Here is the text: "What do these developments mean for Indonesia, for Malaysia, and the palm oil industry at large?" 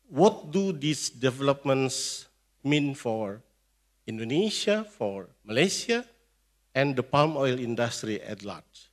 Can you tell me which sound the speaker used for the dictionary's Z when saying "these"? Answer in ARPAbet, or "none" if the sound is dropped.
S